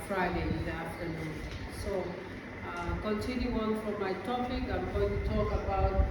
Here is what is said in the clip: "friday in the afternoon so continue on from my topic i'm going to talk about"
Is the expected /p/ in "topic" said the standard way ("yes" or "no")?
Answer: yes